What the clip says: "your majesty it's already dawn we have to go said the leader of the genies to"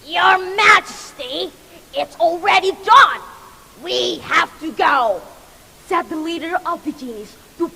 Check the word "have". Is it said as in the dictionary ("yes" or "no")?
no